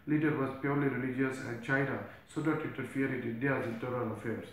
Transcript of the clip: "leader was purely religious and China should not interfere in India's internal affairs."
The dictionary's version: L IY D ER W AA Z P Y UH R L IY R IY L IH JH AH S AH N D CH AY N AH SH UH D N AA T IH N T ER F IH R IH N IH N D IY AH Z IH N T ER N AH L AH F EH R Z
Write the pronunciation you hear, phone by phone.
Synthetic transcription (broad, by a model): L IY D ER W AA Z P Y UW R L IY R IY L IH JH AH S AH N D CH AY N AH S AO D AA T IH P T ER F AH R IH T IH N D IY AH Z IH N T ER AH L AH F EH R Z